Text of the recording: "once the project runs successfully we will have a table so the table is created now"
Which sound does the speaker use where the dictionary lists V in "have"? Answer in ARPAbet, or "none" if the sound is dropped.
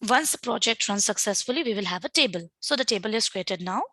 V